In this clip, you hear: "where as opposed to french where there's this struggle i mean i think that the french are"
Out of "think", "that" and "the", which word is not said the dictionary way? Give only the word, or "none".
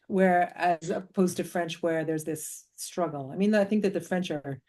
none